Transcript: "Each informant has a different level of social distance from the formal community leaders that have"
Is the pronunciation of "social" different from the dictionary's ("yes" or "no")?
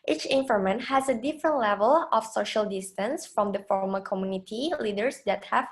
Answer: no